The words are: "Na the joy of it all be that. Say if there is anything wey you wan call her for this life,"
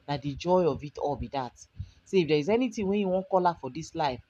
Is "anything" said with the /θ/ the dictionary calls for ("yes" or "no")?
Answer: no